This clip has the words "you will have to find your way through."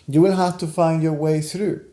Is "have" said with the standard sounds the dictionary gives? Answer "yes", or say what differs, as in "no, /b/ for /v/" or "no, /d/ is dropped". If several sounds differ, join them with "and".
no, /f/ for /v/